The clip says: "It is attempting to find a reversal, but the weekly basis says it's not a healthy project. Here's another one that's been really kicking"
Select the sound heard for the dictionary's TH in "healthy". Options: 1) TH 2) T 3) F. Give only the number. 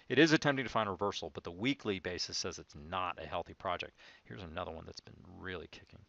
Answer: 1